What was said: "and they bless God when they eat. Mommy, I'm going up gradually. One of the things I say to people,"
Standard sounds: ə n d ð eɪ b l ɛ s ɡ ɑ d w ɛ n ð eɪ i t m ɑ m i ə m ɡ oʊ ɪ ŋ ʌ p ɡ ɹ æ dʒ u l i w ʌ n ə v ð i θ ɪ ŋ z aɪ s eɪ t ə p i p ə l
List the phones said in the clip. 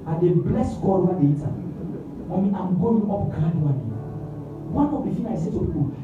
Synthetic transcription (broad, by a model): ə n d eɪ b l ɛ s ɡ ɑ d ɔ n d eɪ i t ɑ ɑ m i ə m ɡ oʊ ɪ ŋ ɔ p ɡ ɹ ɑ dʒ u n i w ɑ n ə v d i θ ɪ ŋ aɪ s eɪ t ə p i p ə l